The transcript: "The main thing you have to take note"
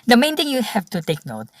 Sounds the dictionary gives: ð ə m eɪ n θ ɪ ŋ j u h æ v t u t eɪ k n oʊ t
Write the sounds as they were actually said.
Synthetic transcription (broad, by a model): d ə m eɪ n t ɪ ŋ j u h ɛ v t u t eɪ k n oʊ t